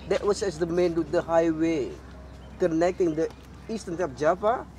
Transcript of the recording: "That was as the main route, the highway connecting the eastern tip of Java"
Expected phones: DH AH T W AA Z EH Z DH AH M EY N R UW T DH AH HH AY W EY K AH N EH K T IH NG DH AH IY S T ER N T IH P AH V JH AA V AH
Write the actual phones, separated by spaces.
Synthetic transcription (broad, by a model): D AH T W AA S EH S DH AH M EY N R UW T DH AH HH AY W EY K AH N EH K T IH NG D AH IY S T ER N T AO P JH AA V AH